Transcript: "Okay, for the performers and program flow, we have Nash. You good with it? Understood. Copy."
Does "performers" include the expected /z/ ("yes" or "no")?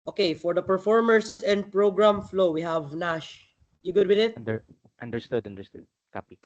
no